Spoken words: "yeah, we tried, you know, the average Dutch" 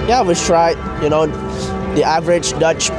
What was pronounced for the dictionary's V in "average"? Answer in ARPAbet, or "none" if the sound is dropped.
V